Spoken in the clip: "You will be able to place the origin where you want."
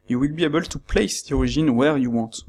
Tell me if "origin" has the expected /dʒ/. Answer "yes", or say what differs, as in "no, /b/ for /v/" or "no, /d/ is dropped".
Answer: no, /ʒ/ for /dʒ/